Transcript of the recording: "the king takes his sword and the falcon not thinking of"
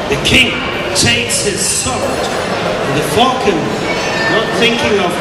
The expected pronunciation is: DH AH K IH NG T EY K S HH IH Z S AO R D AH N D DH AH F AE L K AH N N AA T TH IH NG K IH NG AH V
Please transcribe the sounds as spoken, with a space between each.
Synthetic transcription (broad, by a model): DH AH K IH NG T EY K S HH IH Z S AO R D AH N DH AH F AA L K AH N N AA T TH IH NG K IH NG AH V